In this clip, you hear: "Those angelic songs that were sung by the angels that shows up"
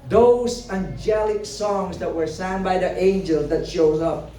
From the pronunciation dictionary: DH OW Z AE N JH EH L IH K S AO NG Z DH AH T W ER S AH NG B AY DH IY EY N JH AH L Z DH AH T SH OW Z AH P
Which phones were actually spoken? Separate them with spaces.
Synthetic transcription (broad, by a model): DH OW Z AE N JH EH L IH K S AO NG Z DH AH T W ER S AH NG B AY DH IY EY N JH AH L Z DH AH T SH OW Z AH P